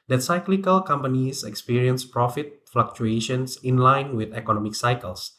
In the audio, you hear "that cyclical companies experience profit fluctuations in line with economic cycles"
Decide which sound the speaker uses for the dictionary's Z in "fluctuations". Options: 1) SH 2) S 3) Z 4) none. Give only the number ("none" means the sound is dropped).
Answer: 2